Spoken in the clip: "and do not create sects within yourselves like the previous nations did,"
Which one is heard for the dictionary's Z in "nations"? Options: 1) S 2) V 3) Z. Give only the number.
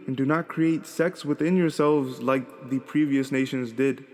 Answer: 3